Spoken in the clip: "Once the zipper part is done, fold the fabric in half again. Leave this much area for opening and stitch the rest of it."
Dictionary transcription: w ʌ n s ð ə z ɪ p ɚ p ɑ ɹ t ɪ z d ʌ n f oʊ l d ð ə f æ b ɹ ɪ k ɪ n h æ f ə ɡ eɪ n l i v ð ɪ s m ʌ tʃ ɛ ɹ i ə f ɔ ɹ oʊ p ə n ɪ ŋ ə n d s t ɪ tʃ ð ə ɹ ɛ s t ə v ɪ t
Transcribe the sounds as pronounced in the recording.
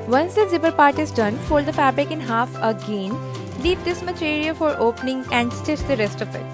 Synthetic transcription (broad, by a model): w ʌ n s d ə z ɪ b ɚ p ɑ ɹ t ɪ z d ʌ n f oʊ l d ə f æ b ɹ ɪ k ɪ n h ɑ f ə ɡ eɪ n l i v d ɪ s m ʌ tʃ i ɹ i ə f ɔ ɹ oʊ p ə n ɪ ŋ ə n d s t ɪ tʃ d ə ɹ ɛ s t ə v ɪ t